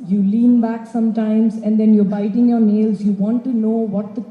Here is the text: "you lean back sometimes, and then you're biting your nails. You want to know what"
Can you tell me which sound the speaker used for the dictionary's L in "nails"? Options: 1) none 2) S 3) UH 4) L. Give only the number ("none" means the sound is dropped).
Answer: 4